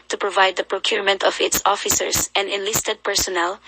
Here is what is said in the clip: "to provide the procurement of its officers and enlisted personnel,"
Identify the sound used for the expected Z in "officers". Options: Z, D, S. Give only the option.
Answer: S